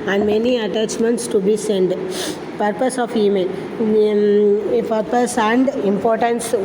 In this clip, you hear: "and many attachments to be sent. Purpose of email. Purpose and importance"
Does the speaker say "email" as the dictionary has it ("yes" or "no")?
no